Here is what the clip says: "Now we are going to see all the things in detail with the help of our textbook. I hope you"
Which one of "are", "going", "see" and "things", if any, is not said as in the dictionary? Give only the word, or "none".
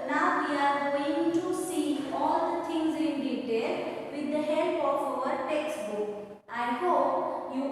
things